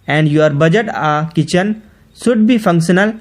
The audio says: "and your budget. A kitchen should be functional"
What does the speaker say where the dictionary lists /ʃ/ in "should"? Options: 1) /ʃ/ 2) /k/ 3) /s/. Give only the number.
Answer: 3